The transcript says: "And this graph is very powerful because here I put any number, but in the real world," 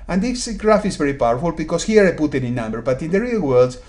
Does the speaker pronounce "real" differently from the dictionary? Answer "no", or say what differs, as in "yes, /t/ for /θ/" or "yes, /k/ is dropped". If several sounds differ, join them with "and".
no